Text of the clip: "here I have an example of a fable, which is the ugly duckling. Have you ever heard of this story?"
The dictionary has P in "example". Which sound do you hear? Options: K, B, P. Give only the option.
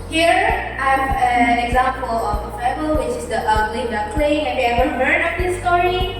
P